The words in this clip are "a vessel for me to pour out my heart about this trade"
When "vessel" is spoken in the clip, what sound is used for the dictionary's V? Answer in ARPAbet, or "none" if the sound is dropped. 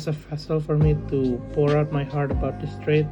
F